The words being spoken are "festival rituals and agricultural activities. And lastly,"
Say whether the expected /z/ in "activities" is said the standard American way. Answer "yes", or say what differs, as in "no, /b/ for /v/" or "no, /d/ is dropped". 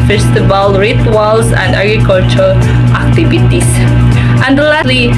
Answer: no, /s/ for /z/